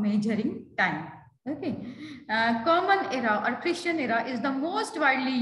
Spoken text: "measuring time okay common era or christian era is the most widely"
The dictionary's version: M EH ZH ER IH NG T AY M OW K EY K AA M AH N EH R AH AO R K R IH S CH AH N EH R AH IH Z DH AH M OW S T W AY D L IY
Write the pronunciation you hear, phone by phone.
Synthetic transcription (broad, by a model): M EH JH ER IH NG T AY M OW K EY K AA M AH N EH R AH AO R K R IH SH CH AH N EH R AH IH Z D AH M OW S T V AY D L IY